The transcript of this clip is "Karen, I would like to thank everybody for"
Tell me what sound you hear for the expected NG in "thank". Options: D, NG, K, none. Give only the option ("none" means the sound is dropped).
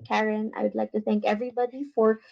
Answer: NG